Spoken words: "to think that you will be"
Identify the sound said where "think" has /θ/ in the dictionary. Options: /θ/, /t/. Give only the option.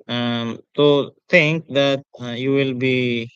/t/